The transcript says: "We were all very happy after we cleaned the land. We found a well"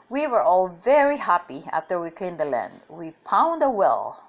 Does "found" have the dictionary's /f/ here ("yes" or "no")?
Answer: no